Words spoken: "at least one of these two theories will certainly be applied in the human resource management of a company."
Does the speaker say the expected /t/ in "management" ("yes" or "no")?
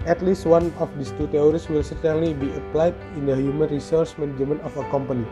no